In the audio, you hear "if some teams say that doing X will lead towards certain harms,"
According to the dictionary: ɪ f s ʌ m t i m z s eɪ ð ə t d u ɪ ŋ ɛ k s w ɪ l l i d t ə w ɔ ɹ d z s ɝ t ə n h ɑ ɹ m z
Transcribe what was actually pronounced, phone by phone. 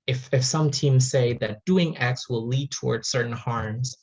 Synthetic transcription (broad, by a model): ɪ f s ʌ m t i m z s eɪ ð ə t d u ɪ ŋ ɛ k s w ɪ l l i d t ə w ɔ ɹ d z s ɝ t n h ɑ ɹ m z